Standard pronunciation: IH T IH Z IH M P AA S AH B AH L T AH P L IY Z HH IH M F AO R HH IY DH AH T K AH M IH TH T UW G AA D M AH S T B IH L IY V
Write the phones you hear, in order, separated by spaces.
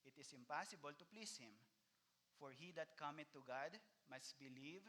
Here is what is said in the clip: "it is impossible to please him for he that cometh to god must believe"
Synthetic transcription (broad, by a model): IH T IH S IH M P AA S AH B AH L T AH P L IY S HH IH M F AO R HH IY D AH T K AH M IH T UW G AA D M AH S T B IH L IY V